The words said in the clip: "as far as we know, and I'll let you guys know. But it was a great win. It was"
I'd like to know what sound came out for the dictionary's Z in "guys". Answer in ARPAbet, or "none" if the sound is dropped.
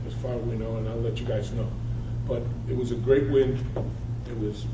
Z